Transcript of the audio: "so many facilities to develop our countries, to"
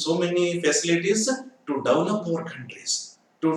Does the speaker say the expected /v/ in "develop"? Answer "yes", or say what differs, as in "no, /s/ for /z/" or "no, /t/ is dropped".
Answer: no, /v/ is dropped